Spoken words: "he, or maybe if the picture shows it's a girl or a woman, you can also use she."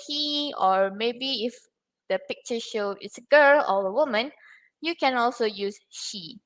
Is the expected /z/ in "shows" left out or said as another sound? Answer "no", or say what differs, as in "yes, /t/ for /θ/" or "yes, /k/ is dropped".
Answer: yes, /z/ is dropped